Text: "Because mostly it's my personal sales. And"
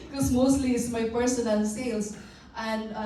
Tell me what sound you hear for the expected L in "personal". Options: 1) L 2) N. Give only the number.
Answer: 2